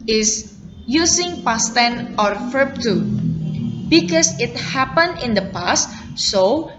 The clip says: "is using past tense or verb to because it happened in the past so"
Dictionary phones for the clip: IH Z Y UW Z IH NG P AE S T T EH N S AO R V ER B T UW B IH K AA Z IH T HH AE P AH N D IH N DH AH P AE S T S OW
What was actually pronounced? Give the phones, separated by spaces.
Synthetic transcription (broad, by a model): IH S Y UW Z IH NG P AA S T T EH N AO R F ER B T UW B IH K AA S IH T HH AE P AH N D IH N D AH P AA S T S OW